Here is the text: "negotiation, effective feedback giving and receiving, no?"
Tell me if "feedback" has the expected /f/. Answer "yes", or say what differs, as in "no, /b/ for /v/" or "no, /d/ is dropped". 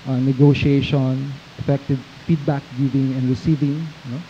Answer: yes